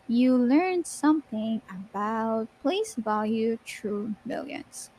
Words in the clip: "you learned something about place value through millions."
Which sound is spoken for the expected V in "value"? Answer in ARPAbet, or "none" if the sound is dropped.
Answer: V